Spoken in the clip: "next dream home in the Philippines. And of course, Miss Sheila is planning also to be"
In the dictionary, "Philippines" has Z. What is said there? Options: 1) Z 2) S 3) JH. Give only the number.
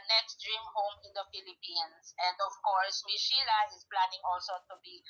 2